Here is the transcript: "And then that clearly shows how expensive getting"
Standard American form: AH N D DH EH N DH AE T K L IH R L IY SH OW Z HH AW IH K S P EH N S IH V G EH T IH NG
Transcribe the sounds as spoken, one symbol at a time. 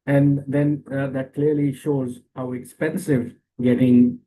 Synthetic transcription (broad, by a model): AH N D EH N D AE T K L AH R L IY SH OW Z HH AW IH K S P EH N S IH V G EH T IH NG